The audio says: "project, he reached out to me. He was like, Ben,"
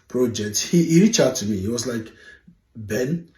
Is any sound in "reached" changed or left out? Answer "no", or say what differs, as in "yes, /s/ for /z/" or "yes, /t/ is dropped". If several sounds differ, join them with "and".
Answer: yes, /t/ is dropped